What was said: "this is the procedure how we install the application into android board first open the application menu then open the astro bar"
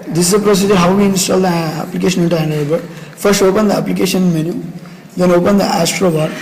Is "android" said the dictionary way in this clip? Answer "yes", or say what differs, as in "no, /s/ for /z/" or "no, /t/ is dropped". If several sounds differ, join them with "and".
no, /ɹ/ is dropped